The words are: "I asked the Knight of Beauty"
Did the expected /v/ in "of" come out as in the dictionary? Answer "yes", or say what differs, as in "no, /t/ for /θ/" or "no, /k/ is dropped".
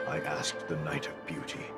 yes